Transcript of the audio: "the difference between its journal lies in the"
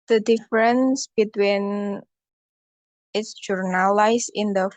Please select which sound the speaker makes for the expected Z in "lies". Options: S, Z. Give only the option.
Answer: S